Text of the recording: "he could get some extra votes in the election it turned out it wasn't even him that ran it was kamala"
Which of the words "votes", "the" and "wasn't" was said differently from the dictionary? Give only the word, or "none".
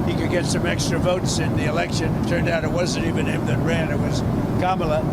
none